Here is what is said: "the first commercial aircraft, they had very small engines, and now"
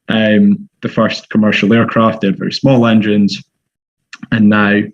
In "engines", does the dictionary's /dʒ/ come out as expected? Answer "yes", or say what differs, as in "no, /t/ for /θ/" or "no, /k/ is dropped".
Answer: yes